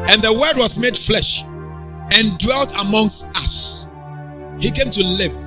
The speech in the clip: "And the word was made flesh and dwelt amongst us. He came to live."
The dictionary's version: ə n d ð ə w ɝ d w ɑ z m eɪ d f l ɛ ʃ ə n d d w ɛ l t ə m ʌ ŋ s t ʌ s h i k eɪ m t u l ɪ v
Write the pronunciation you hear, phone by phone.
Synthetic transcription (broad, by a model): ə n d ð ə w ɝ d w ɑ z m eɪ d f l ɛ ʃ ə n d d w ɛ l t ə m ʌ ŋ s t ʌ s h i k eɪ m t u l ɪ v